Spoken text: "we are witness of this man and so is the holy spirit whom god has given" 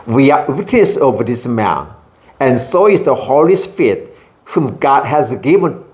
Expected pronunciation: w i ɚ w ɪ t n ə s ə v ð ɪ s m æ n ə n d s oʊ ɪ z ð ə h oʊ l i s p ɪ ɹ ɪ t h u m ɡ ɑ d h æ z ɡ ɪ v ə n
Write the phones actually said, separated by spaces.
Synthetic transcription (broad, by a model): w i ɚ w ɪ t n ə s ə v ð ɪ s m æ n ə n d s oʊ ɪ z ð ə h oʊ l i s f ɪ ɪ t h u m ɡ ɑ d h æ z ɡ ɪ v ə n